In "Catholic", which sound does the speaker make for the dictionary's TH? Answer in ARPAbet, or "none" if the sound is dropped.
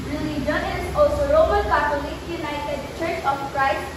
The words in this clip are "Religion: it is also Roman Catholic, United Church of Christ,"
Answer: T